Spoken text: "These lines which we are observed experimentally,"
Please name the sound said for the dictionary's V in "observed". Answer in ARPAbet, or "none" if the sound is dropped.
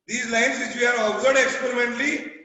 none